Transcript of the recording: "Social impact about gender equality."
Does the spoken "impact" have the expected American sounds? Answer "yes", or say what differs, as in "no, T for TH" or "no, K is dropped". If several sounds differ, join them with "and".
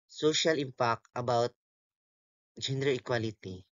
no, T is dropped